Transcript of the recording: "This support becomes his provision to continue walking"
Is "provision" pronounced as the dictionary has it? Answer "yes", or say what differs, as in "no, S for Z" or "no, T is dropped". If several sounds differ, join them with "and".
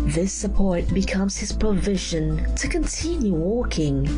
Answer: yes